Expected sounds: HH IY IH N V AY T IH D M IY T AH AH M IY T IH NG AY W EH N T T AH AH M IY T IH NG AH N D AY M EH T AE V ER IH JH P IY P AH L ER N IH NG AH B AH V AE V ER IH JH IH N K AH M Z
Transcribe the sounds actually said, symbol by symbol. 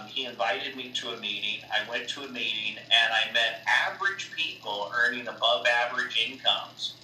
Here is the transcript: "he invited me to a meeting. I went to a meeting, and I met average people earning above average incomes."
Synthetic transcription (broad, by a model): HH IY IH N V AY T IH D M IY T AH AH M IY T IH NG AY W EH N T T AH AH M IY T IH NG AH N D AY M EH T AE V ER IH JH P IY P L ER N IH NG AH B AH V AE V ER IH JH IH N K AH M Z